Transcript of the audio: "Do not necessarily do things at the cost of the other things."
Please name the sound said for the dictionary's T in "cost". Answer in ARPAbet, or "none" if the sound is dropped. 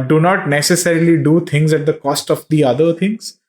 T